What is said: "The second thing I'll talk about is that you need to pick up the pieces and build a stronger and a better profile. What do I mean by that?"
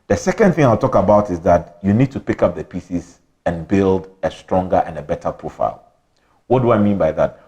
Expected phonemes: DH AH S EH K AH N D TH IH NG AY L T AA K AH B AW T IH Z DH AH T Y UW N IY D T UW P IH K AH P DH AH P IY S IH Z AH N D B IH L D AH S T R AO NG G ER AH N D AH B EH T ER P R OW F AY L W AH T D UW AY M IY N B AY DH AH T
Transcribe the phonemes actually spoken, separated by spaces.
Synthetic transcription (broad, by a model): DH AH S EH K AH N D TH IH NG AY L T AA K AH B AW T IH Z DH AH T Y UW N IY D T UW P IH K AH P DH AH P IY S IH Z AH N B IH L D AH S T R AO NG G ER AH N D AH B EH T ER P R OW F AY L W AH T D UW AY M IY N B AY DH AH T